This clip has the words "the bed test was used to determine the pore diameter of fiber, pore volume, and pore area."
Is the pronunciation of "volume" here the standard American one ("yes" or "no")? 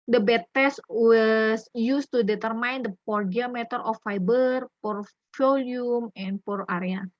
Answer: no